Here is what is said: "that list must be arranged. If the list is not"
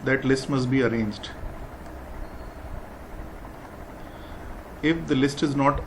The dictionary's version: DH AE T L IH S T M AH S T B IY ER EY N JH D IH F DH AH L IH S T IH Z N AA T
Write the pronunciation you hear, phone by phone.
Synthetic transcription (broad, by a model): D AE T L IH S T M AH S T B IY ER EY N JH D IH F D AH L IH S T IH Z N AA T